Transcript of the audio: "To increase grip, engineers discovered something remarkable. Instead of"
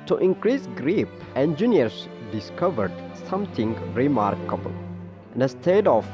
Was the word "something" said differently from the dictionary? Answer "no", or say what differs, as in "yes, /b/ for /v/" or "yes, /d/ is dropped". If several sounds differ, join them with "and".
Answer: yes, /t/ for /θ/